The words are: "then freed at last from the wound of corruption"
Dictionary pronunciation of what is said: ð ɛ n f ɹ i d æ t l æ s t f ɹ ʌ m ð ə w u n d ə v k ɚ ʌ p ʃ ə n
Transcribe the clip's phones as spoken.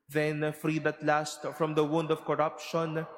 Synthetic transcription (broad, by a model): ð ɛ n f ɹ i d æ t l æ s t f ɹ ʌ m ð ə w u n d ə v k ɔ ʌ p ʃ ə n